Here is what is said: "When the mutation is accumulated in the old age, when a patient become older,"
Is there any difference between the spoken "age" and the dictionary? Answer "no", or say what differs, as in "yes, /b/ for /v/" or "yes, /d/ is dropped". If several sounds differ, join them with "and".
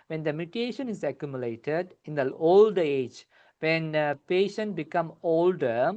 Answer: no